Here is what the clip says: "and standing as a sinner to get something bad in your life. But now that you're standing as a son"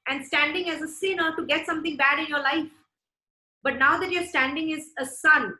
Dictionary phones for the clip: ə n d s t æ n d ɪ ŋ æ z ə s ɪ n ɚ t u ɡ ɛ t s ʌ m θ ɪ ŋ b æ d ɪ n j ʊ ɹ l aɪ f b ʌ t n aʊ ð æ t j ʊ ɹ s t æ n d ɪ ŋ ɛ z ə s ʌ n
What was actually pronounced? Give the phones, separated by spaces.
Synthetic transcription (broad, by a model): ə n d s t æ n d ɪ ŋ æ z ə s ɪ n ɚ t u ɡ ɛ t s ʌ m t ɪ ŋ b æ d ɪ n j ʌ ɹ l aɪ f b ʌ t n aʊ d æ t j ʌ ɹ s t æ n d ɪ ŋ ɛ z ə s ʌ n